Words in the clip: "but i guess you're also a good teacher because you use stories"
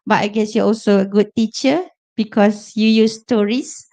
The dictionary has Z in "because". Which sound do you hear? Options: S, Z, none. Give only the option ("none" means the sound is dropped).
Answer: S